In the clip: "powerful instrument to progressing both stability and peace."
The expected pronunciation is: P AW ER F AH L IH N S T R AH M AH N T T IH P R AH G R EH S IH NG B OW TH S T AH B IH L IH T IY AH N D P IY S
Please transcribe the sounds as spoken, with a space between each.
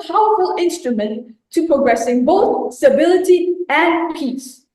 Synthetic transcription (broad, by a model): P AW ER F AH L IH N S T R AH M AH N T T IH P R AH G R EH S IH NG B OW TH S T AH B IH L IH T IY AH N P IY S